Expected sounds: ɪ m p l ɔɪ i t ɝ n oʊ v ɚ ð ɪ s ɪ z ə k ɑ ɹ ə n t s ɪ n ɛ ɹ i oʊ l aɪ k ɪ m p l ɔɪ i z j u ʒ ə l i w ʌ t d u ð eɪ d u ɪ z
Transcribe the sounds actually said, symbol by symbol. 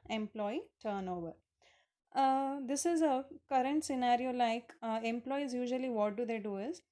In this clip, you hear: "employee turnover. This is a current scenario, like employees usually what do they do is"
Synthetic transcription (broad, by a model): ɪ m p l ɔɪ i t ɝ n oʊ v ɚ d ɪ s ɪ z ə k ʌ ɹ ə n t s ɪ n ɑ ɹ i oʊ l aɪ k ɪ m p l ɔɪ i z j u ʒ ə l i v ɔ t d u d eɪ d u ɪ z